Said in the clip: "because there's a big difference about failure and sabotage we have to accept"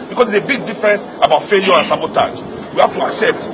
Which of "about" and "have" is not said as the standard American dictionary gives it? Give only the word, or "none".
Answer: have